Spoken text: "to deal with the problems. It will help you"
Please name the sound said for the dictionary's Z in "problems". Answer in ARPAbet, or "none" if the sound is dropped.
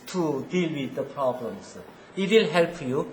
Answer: S